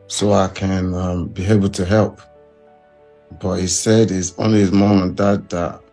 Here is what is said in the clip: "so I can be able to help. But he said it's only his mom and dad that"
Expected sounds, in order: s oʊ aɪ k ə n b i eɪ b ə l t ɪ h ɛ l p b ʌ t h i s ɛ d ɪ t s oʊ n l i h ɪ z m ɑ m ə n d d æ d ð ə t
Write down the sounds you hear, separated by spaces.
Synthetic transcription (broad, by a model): s oʊ aɪ k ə n b i eɪ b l t ɪ h ɛ l p b ʌ t h i s ɛ d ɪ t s oʊ n l i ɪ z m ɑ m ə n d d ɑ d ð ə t